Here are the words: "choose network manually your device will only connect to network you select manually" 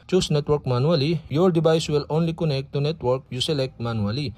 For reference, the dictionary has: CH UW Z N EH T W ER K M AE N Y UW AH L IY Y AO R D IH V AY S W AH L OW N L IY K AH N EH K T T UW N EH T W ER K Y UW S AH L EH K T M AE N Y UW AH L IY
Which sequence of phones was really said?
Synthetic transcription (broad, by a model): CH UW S N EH T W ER K M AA N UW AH L IY Y AO R D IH B AY S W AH L OW N L IY K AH N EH K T T UW N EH T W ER K Y UW S AH L EH K T M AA N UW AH L IY